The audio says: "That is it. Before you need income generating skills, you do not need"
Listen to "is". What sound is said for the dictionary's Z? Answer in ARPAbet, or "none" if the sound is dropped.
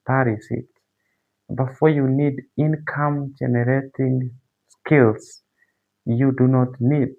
S